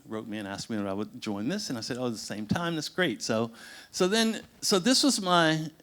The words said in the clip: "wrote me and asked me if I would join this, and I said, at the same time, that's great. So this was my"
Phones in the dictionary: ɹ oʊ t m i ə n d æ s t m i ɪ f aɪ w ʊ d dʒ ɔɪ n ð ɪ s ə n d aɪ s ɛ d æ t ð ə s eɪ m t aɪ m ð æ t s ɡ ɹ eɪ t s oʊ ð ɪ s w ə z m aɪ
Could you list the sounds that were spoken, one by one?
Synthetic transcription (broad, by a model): ɹ oʊ t m i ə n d æ s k m i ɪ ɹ aɪ w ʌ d dʒ ɔɪ n ð ɪ s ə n aɪ s ɛ d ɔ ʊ ð ə s eɪ m t aɪ m ð æ t s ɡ ɹ eɪ t s oʊ ð ɪ s w ə z m aɪ